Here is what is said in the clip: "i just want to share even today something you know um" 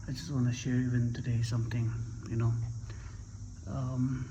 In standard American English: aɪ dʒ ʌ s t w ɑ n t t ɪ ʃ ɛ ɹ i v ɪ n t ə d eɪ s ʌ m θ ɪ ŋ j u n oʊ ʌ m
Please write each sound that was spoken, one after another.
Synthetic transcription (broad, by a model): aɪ dʒ ʌ s t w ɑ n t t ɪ ʃ ɛ ɹ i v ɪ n t ə d eɪ s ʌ m t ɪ ŋ j u n oʊ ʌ m